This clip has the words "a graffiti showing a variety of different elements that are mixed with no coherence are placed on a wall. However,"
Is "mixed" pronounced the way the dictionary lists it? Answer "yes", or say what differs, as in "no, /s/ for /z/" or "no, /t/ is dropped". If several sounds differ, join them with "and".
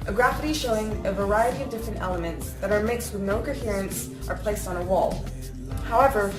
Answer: yes